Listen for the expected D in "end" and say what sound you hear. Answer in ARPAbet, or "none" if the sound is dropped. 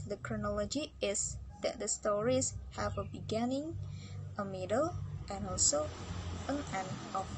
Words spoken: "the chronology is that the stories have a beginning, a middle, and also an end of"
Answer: none